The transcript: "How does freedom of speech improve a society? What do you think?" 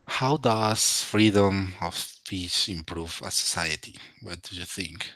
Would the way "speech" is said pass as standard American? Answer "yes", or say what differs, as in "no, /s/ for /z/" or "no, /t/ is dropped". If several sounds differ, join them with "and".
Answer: no, /s/ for /tʃ/